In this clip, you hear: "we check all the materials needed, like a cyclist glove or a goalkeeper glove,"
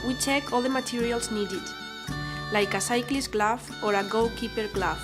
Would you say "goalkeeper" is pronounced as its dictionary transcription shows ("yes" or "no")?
no